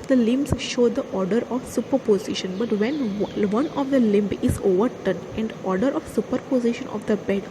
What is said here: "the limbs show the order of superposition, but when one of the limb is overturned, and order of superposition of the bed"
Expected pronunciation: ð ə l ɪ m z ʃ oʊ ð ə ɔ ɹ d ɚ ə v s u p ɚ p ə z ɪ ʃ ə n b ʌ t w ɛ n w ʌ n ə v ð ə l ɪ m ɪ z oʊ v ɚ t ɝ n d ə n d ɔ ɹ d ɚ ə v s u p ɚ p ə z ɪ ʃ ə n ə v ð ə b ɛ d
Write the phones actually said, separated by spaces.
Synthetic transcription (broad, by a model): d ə l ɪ m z ʃ oʊ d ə ɔ ɹ d ɚ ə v s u p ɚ p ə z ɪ ʃ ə n b ʌ t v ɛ n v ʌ n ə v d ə l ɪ m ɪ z oʊ v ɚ t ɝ n ə n d ɔ ɹ d ɚ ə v s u p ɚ p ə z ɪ ʃ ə n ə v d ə b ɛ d